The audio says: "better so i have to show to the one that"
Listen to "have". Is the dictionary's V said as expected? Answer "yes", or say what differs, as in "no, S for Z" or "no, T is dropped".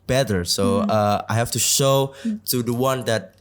no, F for V